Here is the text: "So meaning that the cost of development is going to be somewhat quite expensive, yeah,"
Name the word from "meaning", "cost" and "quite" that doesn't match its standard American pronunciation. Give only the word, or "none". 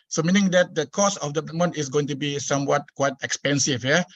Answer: cost